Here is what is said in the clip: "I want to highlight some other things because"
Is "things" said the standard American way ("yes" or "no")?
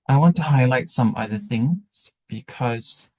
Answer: yes